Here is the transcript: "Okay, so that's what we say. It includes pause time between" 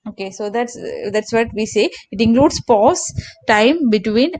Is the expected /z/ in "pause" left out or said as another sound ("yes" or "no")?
yes